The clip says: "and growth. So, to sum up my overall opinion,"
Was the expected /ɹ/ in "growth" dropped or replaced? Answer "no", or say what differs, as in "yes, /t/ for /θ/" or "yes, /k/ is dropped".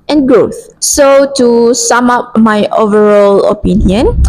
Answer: no